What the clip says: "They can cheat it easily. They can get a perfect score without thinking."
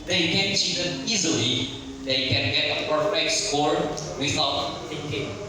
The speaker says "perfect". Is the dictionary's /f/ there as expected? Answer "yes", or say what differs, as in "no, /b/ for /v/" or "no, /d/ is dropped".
no, /f/ is dropped